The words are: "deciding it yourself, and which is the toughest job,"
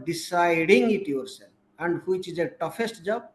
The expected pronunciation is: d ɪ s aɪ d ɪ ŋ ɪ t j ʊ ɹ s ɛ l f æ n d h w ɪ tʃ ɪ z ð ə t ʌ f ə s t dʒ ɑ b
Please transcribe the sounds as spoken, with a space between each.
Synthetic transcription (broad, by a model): d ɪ s aɪ d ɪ ŋ ɪ t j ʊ ɹ s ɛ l æ n d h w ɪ tʃ ɪ z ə t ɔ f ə s t dʒ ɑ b